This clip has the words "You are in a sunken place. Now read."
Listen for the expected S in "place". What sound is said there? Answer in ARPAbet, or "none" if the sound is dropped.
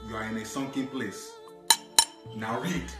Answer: S